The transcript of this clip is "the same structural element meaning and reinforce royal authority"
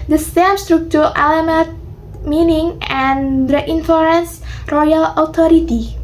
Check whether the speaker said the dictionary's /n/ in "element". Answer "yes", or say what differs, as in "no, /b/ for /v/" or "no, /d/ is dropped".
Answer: no, /n/ is dropped